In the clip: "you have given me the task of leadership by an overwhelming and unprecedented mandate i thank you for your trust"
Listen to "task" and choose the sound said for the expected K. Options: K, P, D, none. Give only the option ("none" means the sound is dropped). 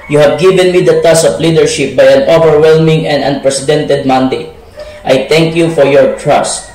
none